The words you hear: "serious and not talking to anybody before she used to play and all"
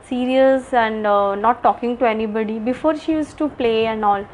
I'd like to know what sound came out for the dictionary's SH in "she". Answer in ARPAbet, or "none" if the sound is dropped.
SH